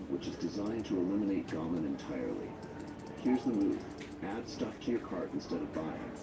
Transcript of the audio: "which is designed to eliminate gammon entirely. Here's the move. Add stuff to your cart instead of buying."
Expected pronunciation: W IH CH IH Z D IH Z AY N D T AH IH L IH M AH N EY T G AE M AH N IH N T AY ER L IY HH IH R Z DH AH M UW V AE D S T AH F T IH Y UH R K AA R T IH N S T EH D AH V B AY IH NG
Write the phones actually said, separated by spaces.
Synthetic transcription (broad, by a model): W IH CH IH Z D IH Z AY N T AH IH L IH M AH N EY T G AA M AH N IH N T AY ER L IY HH IH R Z DH AH M UW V AE D S T AH F T IH Y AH R K AA R T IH N S T EH D AH V B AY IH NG